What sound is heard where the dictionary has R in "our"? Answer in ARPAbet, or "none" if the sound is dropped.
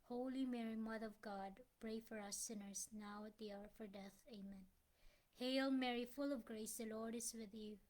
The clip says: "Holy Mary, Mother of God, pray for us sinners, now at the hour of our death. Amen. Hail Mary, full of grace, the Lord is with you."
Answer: R